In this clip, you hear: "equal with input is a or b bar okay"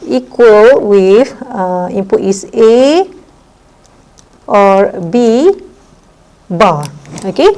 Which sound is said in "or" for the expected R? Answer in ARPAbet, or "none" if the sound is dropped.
R